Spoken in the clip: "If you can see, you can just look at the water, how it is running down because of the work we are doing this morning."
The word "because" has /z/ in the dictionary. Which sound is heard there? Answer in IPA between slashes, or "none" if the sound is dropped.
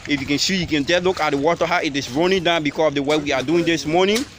/s/